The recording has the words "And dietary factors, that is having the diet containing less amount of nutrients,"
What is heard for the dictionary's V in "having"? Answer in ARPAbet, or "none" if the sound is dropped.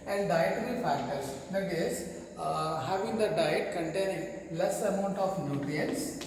V